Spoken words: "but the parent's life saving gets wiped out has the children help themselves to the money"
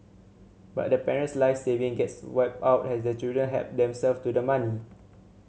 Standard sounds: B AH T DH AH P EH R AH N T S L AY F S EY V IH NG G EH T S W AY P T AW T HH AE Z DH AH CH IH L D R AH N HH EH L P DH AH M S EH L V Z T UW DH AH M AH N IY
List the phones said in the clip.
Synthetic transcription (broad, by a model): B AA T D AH P EH R AH N T S L AY F S EY V IH NG G EH T S W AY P AW T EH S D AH CH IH L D R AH N HH EH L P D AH M S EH L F T UW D AH M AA N IY